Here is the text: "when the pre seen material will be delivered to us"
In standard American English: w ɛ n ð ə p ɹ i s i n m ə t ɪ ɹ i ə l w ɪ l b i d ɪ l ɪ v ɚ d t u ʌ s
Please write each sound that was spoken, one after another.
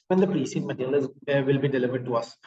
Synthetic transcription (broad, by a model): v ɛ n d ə p ɹ i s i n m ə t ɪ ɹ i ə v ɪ l b i d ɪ l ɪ v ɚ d t u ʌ s